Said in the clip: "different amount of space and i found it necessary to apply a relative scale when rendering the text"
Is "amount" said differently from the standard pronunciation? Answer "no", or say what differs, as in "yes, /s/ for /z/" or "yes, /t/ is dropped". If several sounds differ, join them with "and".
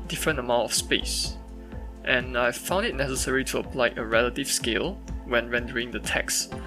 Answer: yes, /n/ is dropped